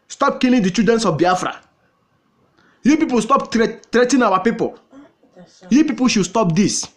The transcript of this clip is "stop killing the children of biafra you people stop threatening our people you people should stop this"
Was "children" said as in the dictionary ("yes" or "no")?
no